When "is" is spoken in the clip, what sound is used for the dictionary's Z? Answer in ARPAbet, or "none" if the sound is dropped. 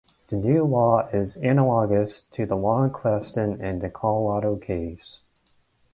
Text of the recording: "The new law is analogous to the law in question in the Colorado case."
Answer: Z